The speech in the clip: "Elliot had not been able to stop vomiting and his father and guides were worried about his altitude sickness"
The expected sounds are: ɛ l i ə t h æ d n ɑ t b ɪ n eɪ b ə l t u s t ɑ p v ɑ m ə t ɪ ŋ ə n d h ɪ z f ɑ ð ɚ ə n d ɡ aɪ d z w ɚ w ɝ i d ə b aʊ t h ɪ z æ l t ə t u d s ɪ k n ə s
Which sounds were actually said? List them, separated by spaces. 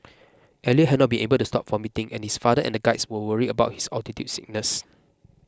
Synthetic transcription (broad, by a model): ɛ l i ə h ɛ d n ɑ t b ɪ n eɪ b ə l t u s t ɑ p f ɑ m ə t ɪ ŋ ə n h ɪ s f ɑ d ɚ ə n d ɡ aɪ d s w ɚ w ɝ i ə b aʊ t h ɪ s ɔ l t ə t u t s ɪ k n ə s